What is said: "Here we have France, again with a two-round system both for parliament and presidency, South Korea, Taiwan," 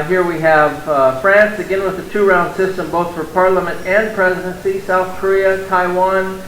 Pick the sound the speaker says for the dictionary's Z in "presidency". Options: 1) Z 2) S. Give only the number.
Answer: 1